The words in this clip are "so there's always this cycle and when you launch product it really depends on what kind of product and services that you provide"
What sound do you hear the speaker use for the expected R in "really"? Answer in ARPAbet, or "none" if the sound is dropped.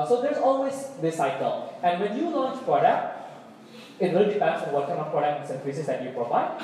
W